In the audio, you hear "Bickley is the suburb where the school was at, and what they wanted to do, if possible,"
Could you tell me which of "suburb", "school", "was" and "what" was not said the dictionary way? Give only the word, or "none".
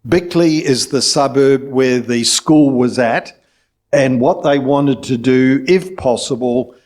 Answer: none